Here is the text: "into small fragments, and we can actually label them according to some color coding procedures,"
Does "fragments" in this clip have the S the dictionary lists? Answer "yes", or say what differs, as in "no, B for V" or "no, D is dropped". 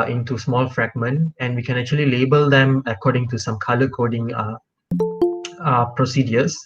no, S is dropped